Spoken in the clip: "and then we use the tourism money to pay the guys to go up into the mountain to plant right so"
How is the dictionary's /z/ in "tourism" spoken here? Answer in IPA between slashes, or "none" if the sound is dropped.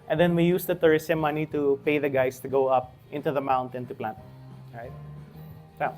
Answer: /s/